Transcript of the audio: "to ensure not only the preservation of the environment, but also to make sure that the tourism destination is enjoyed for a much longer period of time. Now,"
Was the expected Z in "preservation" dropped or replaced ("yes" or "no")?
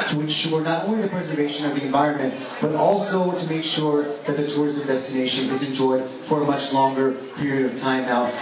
no